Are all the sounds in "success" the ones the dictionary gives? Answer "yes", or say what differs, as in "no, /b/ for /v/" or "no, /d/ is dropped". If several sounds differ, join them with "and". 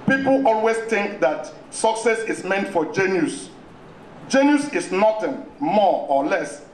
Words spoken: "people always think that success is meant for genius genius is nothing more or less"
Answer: yes